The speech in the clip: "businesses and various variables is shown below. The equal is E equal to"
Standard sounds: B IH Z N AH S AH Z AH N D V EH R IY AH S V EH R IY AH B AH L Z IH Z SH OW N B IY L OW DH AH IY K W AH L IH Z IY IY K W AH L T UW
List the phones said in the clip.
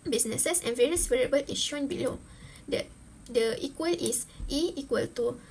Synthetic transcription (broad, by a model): B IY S N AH S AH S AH N V EH R IY AH S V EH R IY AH B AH L IH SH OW N B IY L OW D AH IY K W AH L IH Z IY IY K W AH L T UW